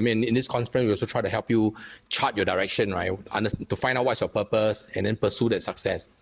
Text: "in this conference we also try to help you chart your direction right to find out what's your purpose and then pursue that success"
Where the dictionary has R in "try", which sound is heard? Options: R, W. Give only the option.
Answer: R